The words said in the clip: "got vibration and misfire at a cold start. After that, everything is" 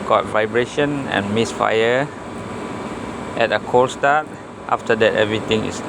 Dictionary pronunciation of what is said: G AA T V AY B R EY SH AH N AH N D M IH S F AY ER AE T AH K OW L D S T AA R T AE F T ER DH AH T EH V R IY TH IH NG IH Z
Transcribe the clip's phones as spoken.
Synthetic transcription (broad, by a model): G AA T V AY B R EY SH AH N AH N M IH S F AY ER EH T AH K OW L S T AA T T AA F T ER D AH T EH V R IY T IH NG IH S